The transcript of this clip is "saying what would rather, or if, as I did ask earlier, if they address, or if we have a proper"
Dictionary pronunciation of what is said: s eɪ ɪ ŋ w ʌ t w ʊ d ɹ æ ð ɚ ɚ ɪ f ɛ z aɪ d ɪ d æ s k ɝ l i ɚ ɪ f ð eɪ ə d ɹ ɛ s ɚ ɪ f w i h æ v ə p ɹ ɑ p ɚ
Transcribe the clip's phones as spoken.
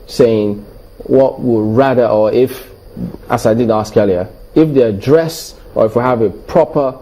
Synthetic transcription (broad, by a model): s eɪ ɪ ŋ w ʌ t w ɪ ɹ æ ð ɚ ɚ ɪ f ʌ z aɪ d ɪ d æ s k ɝ l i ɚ ɪ f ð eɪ ə d ɹ ɛ s ɚ ɪ f w i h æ v ə p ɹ ɑ p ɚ